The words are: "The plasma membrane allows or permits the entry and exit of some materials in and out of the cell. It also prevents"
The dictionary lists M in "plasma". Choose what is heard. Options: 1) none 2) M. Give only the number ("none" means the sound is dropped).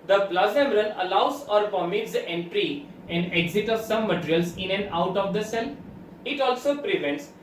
1